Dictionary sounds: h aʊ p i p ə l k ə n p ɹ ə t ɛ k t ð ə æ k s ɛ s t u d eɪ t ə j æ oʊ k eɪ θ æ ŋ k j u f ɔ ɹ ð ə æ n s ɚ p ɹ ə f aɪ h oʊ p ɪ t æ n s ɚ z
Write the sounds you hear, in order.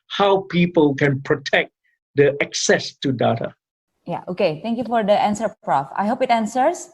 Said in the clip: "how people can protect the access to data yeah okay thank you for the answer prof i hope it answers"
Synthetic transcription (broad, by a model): h aʊ p i p ə l k ə n p ɹ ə t ɛ k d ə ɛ k s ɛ s t u d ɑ t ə j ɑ oʊ k eɪ t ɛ ŋ k j u f ɔ ɹ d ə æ n s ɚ p ɹ ə f aɪ h oʊ p ɪ t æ n s ɚ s